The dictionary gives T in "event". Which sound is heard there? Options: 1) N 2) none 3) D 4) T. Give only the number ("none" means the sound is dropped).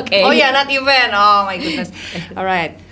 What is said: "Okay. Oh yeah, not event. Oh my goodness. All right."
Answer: 2